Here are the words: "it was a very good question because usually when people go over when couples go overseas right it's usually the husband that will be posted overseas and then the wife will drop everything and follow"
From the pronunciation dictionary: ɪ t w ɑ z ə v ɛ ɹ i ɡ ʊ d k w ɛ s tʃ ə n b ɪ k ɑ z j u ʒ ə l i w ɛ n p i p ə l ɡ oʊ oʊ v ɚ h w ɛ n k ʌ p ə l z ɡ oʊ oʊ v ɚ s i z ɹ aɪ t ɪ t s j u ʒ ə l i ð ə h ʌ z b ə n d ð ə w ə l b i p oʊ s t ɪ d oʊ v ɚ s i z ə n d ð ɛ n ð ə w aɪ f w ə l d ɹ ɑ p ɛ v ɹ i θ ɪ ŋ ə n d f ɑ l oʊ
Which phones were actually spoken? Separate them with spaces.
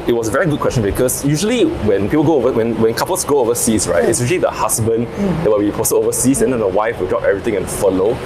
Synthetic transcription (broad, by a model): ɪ t w ɑ s ə v ɛ ɹ i ɡ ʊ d k w ɛ s tʃ ə n b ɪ k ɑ s j u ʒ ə l i w ɛ n p i p ə l ɡ oʊ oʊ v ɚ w w ɛ n k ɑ p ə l s ɡ oʊ oʊ v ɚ s i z ɹ aɪ t ɪ t s j u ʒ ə l i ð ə h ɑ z b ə n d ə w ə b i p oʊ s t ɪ oʊ v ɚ s i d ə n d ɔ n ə w aɪ f w ə l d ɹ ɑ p ɛ v ɹ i t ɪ ŋ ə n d f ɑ l oʊ